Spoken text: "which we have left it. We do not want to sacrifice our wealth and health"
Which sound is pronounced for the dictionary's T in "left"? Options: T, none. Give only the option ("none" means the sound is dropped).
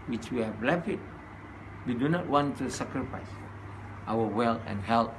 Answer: none